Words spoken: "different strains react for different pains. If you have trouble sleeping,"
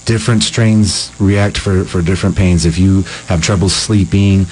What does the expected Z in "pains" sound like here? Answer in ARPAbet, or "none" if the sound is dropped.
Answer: Z